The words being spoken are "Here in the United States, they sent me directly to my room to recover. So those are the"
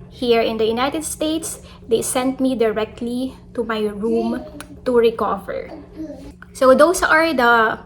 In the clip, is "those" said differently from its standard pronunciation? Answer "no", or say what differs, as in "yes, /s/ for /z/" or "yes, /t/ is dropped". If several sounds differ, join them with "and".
yes, /s/ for /z/